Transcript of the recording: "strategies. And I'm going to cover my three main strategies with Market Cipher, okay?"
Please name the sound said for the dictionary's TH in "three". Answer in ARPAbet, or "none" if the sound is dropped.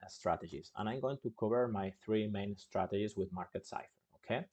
TH